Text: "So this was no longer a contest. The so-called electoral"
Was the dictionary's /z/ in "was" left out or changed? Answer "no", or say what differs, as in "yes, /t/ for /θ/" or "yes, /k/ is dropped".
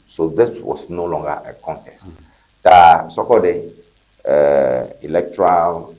yes, /s/ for /z/